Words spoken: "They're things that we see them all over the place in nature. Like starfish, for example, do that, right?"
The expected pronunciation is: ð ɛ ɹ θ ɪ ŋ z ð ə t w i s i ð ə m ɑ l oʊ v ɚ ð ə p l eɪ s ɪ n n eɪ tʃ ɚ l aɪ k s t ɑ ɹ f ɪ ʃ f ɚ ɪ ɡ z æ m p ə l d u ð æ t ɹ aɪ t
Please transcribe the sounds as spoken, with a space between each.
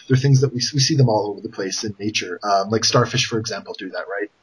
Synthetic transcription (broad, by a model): ð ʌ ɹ θ ɪ ŋ z ð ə t w i s i ð ə m ɑ l oʊ v ɚ ð ə p l eɪ s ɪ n n eɪ tʃ ɚ l aɪ k s t ɑ ɹ f ɪ ʃ f ɚ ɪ ɡ z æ m p l d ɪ ð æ t ɹ aɪ t